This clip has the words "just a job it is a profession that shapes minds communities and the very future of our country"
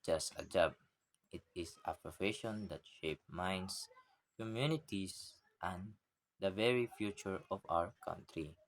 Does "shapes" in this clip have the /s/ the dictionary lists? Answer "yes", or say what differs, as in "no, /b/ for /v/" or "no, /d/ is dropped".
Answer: no, /s/ is dropped